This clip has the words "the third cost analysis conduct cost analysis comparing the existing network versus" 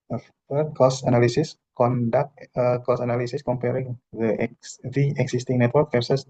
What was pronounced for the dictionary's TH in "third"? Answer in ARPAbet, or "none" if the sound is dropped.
F